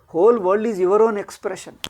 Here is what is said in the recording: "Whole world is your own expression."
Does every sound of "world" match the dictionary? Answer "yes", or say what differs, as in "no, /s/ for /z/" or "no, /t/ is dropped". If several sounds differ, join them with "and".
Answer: no, /l/ is dropped